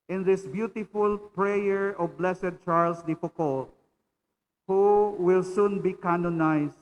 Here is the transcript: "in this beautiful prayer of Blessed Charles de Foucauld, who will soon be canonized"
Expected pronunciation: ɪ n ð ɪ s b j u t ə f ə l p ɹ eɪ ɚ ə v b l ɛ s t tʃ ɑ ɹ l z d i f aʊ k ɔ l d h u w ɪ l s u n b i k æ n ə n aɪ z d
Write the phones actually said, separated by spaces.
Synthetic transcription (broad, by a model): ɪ n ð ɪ s b j u t ə f ə l p ɹ eɪ ɚ ə v b l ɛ s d tʃ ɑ ɹ l s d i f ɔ k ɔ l h u w ɪ l s u n b i k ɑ n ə n aɪ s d